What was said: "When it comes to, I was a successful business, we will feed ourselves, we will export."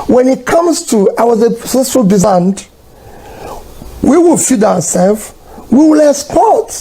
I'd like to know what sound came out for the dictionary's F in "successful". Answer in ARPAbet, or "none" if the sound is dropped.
none